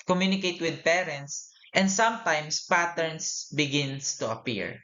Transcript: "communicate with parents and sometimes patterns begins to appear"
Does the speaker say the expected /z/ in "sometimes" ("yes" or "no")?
no